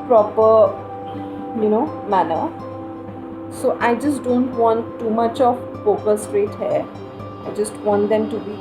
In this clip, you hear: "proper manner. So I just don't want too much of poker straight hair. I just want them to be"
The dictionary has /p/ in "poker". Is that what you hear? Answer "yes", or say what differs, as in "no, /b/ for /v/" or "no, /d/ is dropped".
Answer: no, /f/ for /p/